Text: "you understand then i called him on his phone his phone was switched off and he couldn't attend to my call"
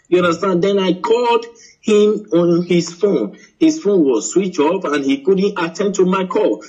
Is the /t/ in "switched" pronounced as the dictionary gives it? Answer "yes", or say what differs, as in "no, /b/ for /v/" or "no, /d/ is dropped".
no, /t/ is dropped